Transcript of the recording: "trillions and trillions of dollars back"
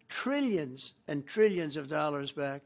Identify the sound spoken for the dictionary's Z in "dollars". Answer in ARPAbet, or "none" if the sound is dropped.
Z